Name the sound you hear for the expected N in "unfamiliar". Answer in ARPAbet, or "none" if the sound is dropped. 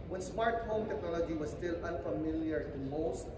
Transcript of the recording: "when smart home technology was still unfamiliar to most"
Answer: N